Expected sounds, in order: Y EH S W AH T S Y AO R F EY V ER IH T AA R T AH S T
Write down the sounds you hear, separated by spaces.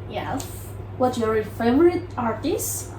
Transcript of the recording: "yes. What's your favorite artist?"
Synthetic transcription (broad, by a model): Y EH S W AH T Y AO R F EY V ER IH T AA R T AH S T